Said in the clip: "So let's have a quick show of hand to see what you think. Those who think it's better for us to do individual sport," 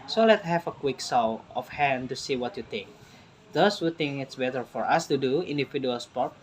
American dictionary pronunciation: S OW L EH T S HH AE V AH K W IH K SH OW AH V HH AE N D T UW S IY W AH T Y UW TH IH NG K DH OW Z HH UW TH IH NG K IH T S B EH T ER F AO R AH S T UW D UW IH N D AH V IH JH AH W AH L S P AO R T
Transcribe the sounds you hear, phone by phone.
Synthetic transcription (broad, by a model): S OW L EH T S HH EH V AH K W IH K S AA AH F HH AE N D T UW S IY W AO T Y UW T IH NG K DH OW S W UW T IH NG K IH T S B EH T ER F AO R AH S T UW D UW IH N D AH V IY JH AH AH L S P AO R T